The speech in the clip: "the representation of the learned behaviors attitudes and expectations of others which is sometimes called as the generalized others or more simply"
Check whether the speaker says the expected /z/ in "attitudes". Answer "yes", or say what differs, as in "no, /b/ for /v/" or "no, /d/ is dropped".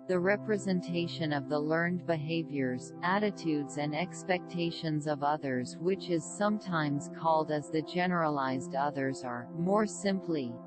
yes